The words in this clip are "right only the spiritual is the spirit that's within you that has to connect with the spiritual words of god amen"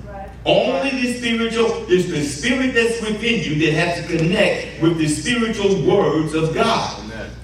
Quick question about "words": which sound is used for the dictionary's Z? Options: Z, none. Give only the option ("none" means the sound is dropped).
Z